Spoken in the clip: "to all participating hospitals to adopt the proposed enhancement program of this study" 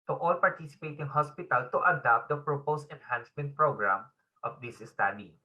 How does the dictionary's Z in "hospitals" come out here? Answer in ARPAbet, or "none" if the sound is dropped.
none